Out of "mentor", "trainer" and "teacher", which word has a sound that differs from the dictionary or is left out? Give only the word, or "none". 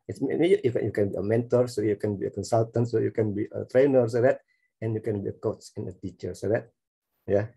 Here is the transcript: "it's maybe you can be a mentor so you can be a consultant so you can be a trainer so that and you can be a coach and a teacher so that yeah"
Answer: none